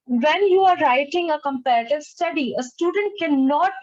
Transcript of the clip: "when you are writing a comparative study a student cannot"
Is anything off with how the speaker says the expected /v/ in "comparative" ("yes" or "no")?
no